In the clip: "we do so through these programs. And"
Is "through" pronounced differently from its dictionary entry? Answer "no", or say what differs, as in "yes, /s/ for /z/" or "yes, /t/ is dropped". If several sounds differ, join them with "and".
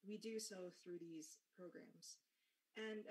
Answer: no